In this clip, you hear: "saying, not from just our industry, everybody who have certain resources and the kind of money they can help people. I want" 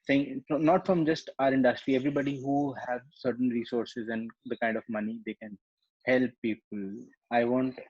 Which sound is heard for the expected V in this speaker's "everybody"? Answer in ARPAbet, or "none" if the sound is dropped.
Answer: V